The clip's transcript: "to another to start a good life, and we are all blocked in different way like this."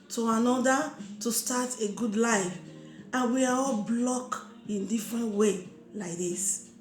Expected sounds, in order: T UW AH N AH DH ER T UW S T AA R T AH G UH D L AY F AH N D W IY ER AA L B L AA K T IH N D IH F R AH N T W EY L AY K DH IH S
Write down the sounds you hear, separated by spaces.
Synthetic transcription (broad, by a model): T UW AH N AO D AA T UW S T AA T AH G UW D L AY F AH N W IY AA AA L B L AA K IH N D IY F R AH N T W EY L AY K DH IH S